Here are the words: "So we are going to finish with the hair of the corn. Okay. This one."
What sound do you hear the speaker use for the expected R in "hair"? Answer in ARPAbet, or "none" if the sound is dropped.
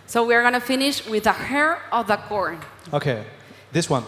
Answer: R